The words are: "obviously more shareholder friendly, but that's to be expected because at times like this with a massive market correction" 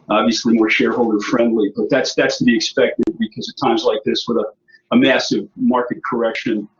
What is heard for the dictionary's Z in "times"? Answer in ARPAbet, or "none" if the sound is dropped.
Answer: Z